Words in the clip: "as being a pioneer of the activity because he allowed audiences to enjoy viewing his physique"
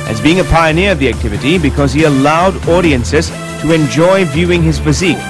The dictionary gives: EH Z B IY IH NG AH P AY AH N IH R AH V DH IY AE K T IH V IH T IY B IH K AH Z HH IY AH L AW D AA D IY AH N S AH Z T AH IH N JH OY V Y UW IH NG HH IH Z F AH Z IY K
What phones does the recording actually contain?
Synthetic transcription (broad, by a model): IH Z B IY IH NG AH P AY AH N IH R AH V DH IY AE K T IH V IH T IY B IH K AH Z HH IY AH L AW D AA D IY AH N S AH Z T AH IH N JH OY V Y UW IH NG IH Z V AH Z IY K